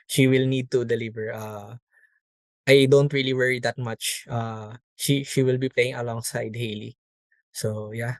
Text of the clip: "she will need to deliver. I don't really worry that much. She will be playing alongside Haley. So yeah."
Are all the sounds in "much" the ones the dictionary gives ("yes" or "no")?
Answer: no